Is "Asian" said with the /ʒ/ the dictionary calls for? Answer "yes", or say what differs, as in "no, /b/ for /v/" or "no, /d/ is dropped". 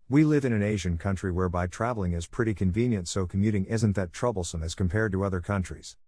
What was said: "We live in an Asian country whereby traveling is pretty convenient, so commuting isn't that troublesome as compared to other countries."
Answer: yes